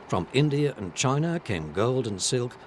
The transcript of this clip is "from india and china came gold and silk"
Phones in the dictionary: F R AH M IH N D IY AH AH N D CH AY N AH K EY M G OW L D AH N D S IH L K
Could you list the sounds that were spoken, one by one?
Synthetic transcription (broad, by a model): F R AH M IH N D IY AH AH N CH AY N AH K EY M G OW L D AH N S IH L K